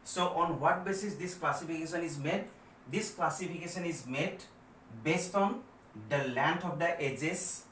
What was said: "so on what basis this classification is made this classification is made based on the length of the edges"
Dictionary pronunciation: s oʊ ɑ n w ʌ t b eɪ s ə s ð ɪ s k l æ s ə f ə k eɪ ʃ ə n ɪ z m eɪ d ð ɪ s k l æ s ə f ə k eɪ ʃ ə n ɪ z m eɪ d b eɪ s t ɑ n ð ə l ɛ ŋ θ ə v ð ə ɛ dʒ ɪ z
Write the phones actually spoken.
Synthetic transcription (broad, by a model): s oʊ ɑ n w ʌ t b eɪ s ə s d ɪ s k l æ s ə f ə k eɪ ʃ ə n ɪ z m eɪ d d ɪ s k l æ s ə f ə k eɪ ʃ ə n ɪ z m eɪ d b eɪ s t ɑ n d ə l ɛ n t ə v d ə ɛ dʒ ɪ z